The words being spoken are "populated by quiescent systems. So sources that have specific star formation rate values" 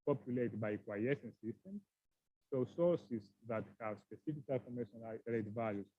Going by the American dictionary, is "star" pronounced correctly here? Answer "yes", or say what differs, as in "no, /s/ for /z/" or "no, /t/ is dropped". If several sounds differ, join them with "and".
no, /l/ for /ɹ/